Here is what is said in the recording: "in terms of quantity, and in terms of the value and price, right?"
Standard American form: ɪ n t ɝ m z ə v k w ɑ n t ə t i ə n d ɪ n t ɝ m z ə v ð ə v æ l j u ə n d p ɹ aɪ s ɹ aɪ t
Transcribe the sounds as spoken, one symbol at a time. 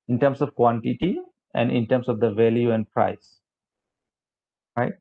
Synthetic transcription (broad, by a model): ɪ n t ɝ m s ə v k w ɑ n t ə t i ə n d ɪ n t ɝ m s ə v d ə v æ l j u ə n d p ɹ aɪ s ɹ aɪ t